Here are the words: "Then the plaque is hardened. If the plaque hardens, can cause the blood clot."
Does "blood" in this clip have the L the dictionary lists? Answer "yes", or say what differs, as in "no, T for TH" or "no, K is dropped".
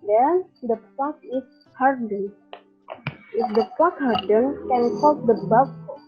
no, L is dropped